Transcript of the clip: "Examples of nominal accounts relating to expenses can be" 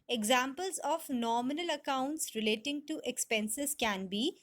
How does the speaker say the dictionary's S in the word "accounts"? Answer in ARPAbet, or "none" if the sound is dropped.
S